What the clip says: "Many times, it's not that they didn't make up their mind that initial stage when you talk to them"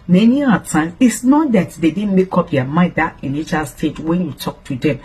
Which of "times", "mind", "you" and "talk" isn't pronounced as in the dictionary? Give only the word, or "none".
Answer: times